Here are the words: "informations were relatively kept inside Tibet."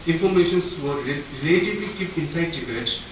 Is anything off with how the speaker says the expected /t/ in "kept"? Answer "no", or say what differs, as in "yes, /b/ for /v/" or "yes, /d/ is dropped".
yes, /t/ is dropped